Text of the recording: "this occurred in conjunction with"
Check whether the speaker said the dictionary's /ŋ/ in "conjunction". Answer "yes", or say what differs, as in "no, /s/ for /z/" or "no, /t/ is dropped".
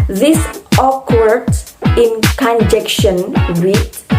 no, /ŋ/ is dropped